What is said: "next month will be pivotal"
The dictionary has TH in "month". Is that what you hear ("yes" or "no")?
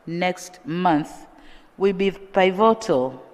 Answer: yes